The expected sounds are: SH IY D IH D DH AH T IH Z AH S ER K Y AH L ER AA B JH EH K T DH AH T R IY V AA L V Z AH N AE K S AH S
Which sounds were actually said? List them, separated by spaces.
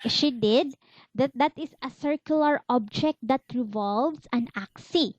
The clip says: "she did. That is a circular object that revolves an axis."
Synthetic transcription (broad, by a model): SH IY D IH D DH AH T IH S AH S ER K Y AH L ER AA B JH EH K T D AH T R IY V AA L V S AH N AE K S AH